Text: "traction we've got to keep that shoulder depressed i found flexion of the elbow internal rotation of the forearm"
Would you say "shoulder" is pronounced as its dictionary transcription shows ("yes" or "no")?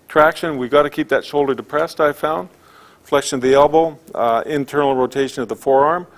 yes